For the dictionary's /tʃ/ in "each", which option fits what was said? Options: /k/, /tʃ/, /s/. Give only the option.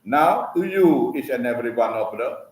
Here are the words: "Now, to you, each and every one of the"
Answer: /s/